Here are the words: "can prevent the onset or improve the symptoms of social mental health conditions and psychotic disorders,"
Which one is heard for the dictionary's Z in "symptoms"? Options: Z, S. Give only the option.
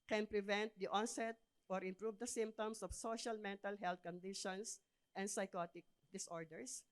S